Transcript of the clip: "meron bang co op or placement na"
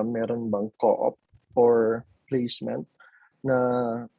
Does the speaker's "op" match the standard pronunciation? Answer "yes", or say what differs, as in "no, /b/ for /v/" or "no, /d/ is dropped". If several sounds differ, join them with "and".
yes